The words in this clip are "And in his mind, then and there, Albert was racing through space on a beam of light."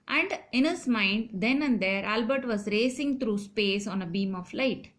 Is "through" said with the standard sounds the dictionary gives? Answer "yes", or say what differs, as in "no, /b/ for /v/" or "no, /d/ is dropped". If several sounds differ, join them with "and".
no, /t/ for /θ/